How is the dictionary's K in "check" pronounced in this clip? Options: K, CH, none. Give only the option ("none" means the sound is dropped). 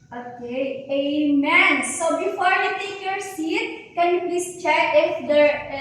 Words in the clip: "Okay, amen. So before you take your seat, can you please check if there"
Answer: none